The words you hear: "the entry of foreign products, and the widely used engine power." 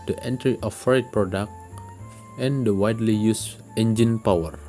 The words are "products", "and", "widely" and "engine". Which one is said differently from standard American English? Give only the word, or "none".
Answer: products